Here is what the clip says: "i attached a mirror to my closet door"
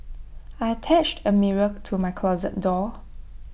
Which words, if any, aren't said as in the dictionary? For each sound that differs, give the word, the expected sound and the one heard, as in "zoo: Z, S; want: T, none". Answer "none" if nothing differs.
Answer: none